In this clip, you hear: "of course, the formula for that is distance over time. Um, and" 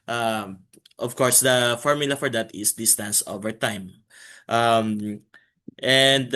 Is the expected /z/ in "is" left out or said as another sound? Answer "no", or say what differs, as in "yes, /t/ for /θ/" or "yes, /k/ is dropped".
yes, /s/ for /z/